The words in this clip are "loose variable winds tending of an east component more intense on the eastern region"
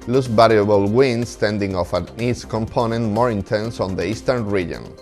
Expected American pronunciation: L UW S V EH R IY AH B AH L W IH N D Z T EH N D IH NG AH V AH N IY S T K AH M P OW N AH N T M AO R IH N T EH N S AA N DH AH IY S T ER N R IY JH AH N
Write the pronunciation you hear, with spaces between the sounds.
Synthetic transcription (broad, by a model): L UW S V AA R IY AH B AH L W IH N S T EH N D IH NG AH F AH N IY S K AH M P OW N AH N T M AO R IH N T EH N S AA N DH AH IY S T ER N R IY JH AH N